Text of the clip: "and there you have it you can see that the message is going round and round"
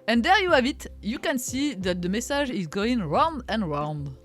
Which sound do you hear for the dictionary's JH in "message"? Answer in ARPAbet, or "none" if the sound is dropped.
ZH